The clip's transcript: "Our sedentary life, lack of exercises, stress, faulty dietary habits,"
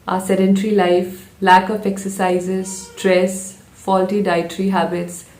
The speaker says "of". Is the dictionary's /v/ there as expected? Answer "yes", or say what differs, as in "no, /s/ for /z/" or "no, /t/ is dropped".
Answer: no, /p/ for /v/